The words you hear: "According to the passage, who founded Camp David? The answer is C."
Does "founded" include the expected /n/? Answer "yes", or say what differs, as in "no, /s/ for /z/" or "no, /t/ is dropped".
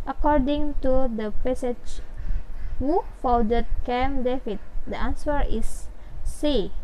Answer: no, /n/ is dropped